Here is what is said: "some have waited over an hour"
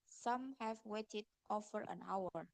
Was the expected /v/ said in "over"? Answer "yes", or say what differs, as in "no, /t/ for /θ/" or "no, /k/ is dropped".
no, /f/ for /v/